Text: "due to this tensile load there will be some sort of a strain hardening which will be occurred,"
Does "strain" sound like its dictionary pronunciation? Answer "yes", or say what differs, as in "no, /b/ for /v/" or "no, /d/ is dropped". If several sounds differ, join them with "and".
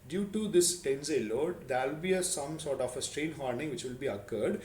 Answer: yes